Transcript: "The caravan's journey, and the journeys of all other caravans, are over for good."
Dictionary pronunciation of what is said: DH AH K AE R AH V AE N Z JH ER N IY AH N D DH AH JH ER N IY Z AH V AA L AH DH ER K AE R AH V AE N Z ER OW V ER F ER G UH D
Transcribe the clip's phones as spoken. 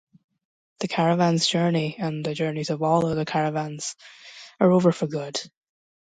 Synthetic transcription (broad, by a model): DH AH K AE R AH V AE N Z JH ER N IY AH N DH AH JH ER N IY Z AH V AA L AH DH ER K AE R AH V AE N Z ER OW V ER F ER G UH D